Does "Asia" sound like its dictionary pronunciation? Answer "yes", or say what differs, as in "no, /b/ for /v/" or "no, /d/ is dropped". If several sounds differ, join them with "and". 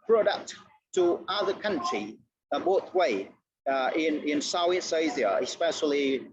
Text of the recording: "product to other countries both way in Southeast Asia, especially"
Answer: no, /z/ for /ʒ/